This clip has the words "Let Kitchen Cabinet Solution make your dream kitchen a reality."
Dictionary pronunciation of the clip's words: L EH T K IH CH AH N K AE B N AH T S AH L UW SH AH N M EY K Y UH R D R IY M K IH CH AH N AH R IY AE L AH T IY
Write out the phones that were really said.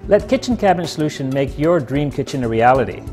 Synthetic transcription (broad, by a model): L EH T K IH CH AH N K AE B AH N S AH L UW SH AH N M EY K Y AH R D R IY M K IH CH AH N AH R IY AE L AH T IY